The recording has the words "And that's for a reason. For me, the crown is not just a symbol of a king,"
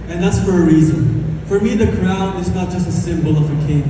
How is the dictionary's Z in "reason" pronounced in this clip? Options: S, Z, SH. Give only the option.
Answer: Z